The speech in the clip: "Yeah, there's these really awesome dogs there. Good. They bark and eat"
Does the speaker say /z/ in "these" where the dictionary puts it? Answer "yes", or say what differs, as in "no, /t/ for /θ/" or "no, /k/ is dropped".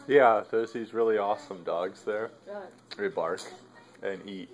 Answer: yes